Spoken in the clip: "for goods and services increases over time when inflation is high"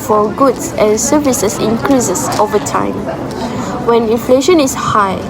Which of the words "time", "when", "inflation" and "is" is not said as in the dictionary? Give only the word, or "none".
is